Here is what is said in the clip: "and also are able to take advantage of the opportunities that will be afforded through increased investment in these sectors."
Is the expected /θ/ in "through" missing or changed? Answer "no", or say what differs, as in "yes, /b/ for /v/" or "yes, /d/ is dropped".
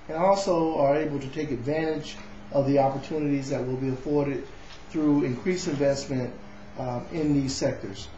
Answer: no